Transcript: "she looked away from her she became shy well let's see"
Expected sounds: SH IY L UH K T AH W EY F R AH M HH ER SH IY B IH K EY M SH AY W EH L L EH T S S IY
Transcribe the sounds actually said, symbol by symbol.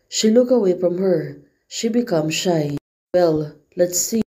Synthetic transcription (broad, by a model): SH IY L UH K AH W EY F R AH M HH ER SH IY B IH K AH M SH AY W EH L L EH T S S IY